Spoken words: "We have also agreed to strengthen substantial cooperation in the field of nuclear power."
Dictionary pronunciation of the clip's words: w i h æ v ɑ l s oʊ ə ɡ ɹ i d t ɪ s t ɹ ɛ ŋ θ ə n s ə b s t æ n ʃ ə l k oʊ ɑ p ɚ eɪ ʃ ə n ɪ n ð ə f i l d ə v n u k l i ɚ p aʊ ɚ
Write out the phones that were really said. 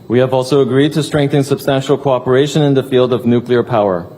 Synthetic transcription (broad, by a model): w i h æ v ɑ l s oʊ ə ɡ ɹ i d t ɪ s t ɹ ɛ ŋ θ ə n s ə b s t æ n ʃ l k oʊ ɑ p ɚ eɪ ʃ ə n ɪ n ð ə f i l d ə v n u k l i ɚ p aʊ ɚ